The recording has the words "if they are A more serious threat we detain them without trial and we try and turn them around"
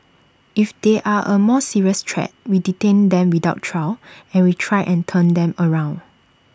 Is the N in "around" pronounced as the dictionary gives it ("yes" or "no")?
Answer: yes